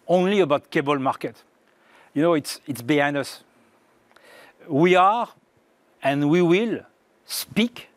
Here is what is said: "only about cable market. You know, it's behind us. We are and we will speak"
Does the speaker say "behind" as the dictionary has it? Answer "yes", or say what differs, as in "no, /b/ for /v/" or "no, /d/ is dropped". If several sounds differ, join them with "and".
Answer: no, /d/ is dropped